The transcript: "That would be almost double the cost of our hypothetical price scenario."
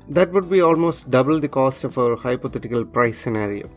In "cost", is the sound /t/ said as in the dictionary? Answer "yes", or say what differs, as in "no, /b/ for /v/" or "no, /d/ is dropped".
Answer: yes